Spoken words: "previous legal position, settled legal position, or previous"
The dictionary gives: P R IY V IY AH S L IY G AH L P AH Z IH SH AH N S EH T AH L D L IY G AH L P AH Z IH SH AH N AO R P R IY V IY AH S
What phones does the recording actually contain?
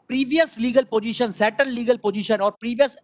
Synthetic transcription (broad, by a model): P R IY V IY AH S L IY G AH L P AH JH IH SH AH N S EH T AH N D L IY G AH L P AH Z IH SH AH N AO R P R IY V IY AH S